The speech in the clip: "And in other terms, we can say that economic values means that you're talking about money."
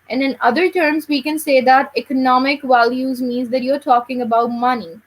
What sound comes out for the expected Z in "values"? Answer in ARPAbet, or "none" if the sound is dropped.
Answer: Z